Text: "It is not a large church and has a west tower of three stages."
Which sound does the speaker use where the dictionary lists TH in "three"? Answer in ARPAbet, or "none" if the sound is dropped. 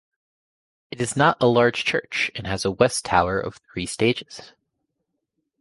TH